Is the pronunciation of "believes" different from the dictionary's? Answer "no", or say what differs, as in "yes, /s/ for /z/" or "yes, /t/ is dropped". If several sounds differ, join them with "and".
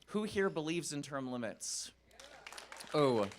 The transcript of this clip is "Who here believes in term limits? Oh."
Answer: no